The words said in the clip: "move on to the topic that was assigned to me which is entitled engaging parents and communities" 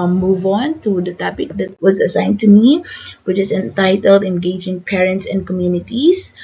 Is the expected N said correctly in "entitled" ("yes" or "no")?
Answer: yes